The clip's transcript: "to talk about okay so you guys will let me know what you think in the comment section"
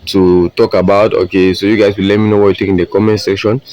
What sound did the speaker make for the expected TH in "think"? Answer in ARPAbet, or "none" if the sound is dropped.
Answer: T